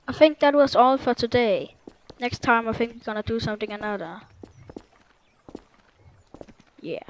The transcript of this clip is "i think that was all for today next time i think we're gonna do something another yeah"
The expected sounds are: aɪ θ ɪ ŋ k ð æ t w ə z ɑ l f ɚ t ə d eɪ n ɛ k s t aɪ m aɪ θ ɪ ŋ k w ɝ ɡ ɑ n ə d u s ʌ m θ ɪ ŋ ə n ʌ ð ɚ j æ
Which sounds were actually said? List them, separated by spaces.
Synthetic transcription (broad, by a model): aɪ θ ɪ ŋ k ð æ t w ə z ɑ l f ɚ t ə d eɪ n ɛ k s t aɪ m aɪ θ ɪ ŋ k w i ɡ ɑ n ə d u s ʌ m θ ɪ ŋ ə n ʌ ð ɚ j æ